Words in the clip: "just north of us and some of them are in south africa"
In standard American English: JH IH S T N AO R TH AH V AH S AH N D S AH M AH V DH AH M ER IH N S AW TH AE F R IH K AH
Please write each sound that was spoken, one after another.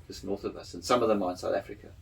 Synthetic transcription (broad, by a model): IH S N AO R TH AH V AH S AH N S AH M AH V DH AH M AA IH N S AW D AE F R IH K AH